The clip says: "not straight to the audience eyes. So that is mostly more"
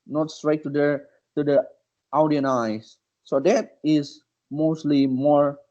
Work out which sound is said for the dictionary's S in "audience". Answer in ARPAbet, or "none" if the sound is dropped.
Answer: none